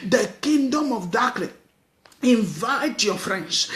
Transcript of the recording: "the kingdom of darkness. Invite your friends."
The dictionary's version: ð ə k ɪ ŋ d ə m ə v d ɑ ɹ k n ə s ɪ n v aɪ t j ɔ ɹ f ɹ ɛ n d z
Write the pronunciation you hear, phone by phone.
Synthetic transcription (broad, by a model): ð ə k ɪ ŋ d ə m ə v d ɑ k l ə ɪ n v aɪ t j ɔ f ɹ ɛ n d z